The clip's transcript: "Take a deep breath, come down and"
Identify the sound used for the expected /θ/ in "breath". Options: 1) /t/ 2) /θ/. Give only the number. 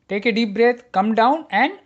1